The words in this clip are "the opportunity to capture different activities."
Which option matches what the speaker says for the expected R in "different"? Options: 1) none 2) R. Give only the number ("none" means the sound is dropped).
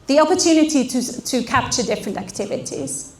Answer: 2